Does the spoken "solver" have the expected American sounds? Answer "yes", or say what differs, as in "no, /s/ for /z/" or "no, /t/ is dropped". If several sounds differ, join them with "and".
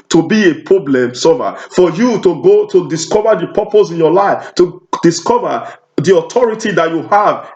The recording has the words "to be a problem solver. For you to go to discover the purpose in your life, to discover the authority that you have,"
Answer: no, /l/ is dropped